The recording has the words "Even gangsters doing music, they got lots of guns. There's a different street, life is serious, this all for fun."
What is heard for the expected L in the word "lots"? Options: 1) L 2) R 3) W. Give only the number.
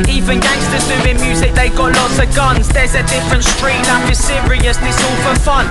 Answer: 1